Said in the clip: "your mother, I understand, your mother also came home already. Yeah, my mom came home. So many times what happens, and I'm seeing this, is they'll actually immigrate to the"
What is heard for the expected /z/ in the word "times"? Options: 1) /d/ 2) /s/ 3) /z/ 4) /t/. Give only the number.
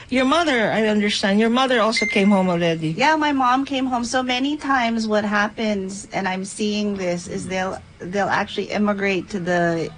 3